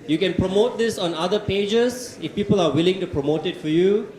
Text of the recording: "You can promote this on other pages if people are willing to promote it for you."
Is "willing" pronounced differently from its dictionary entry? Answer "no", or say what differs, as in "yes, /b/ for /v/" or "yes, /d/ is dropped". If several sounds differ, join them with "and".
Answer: no